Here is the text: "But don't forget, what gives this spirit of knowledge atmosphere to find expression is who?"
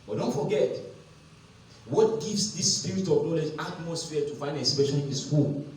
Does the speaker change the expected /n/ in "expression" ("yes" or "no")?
yes